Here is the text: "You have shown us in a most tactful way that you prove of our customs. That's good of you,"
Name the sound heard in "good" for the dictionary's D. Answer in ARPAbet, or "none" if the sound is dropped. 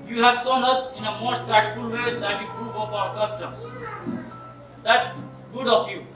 D